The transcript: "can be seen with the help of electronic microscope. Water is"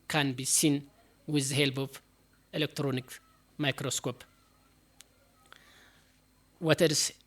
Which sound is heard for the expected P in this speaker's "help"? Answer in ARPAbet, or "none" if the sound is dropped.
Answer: B